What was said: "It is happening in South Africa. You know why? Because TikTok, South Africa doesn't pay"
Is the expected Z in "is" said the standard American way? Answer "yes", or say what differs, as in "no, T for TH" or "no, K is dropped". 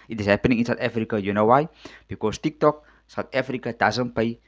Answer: no, S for Z